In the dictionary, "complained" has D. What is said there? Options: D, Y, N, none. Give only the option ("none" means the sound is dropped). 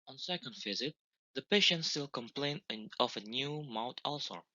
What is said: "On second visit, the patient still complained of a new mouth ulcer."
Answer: none